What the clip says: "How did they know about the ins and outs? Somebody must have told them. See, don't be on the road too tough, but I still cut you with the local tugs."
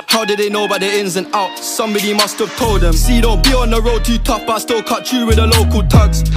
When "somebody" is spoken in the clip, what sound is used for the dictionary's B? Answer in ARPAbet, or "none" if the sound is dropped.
B